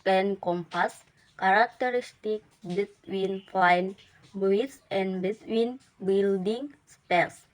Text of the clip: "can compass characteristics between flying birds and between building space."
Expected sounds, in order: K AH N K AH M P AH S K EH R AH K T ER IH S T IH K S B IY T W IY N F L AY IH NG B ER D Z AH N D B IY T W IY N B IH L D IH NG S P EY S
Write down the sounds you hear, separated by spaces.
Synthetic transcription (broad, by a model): K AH N K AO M P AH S K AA R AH K T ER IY S T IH K B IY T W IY N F AY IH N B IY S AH N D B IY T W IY N B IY L D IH NG S P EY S